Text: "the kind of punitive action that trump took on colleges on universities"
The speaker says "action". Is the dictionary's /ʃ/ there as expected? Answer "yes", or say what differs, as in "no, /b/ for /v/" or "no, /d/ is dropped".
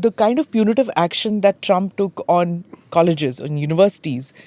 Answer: yes